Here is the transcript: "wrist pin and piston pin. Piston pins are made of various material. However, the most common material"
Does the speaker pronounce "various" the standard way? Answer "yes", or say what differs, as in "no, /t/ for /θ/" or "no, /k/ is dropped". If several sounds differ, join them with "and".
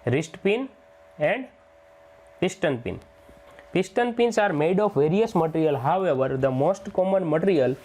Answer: yes